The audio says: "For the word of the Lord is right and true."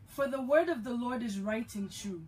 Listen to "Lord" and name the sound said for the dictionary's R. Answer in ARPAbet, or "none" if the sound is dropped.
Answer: R